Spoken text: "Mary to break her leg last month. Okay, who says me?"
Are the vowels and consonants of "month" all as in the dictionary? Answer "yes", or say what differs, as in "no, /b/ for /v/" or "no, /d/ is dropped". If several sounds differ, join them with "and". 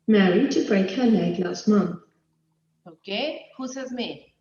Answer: yes